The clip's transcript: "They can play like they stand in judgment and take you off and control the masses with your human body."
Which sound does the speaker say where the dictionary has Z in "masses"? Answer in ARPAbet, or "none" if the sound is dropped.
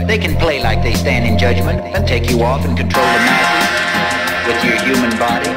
none